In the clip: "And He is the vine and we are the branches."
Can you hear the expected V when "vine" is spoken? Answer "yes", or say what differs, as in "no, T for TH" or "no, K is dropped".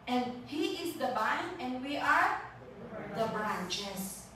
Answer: no, B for V